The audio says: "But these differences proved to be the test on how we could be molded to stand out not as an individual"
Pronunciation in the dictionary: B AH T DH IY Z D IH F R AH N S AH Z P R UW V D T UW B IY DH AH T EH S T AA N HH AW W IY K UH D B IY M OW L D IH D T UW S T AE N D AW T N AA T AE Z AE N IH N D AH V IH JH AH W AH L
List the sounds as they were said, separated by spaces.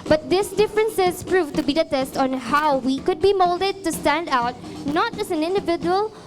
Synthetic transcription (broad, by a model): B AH T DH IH S D IH F R AH N S AH Z P R UW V T UW B IY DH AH T EH S T AA N HH AW W IY K UH D B IY M OW L D IH D T UW S T AE N D AW T N AA T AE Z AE N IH N D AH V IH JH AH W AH L